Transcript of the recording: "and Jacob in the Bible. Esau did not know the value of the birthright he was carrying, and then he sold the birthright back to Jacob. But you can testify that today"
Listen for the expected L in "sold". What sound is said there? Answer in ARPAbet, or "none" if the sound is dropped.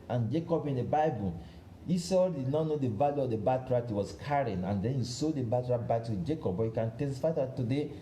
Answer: none